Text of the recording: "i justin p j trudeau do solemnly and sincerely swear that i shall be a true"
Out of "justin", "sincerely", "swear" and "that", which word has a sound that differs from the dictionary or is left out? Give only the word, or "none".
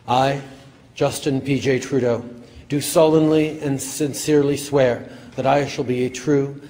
none